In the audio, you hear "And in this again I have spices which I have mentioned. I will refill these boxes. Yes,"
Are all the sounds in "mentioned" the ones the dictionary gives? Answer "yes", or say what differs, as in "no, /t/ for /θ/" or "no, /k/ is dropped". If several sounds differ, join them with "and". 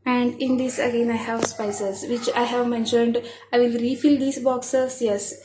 yes